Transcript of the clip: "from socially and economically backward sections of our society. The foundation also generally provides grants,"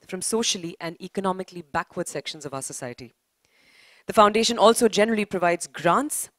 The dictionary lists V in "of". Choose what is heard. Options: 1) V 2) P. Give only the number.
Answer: 1